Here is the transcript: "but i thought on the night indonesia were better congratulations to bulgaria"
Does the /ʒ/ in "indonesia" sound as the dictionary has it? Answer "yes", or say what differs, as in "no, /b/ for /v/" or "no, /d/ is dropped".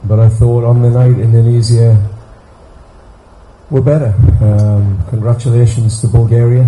no, /z/ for /ʒ/